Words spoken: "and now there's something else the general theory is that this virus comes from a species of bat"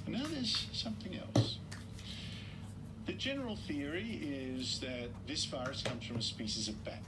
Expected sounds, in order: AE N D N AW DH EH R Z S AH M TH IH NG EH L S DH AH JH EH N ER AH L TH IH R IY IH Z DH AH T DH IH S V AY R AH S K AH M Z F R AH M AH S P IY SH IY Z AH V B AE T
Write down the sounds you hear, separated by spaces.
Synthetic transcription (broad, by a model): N N AW DH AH R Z S AH M TH IH NG EH L S DH AH JH EH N ER L TH IH R IY IH Z DH AH T DH IH S F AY R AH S K AH M Z F R AH M AH S P IY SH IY Z AH V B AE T